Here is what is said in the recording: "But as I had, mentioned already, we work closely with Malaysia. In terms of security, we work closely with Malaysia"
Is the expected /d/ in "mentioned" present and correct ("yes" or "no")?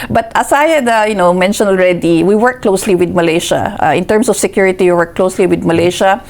no